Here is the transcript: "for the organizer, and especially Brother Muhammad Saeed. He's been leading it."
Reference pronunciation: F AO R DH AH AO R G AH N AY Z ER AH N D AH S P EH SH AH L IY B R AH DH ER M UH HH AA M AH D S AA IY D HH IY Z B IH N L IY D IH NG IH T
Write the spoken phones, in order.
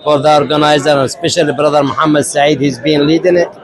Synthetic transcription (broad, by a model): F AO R DH AH AO R G AH N AY Z ER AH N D S P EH SH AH L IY B R AH DH ER M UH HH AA M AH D S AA IY D HH IY Z B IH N L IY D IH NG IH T